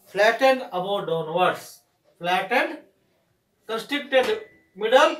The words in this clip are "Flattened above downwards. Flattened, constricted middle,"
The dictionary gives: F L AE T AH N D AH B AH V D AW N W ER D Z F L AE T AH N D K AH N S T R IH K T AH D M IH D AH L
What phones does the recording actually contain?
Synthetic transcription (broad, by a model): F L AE T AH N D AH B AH D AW N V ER D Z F L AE T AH N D K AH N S T IH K T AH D M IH D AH L